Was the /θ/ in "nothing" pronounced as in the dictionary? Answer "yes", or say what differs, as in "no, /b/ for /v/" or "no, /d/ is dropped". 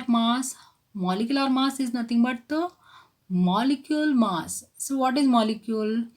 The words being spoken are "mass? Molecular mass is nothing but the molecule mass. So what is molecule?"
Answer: no, /t/ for /θ/